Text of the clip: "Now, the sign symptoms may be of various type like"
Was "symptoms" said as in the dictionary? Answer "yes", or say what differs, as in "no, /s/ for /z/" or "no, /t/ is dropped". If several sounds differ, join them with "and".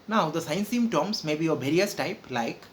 no, /p/ is dropped